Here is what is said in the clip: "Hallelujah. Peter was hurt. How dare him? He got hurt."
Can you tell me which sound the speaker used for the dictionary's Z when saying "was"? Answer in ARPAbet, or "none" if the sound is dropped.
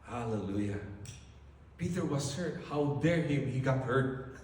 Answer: S